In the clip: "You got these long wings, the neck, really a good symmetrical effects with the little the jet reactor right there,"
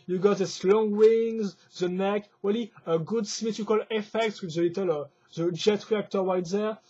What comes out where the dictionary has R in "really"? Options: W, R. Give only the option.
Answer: W